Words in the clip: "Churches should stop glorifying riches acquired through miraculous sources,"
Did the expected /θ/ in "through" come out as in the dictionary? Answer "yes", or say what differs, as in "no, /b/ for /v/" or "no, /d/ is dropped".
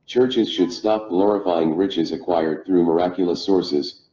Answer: yes